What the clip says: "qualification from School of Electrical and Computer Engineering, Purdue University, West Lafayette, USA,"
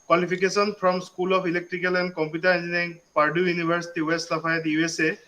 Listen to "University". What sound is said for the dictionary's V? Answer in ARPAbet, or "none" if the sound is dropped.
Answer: B